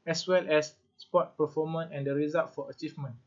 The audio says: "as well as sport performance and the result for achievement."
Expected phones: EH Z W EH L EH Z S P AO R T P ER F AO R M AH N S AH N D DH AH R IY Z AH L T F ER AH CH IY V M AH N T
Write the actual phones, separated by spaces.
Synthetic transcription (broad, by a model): EH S W EH L EH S S P AO T P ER F AO M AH N AH N D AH R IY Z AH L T F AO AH CH IY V M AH N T